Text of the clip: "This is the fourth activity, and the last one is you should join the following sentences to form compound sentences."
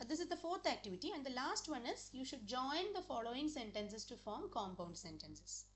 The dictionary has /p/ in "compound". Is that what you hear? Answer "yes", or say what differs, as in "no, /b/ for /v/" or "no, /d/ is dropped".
yes